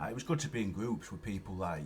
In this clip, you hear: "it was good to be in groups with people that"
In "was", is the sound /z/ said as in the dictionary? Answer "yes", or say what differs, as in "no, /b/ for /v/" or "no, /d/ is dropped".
yes